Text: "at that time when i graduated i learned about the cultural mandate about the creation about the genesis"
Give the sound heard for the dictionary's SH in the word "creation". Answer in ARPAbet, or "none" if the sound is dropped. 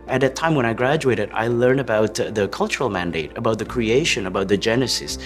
SH